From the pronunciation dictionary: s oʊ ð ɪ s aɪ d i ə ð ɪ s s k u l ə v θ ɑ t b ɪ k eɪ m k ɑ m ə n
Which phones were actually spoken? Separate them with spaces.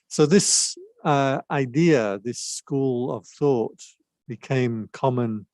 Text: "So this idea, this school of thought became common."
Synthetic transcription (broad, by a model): s oʊ ð ɪ s aɪ d i ə ð ɪ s s k u l ə v θ ɑ t b ɪ k eɪ m k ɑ m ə n